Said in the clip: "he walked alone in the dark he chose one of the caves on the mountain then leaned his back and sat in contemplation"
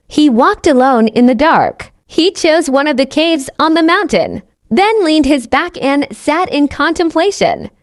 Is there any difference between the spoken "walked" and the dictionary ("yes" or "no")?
no